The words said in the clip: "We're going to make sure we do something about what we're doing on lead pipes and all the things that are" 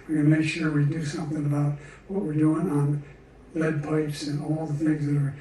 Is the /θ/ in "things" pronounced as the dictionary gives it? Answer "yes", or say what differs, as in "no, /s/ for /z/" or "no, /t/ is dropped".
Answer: yes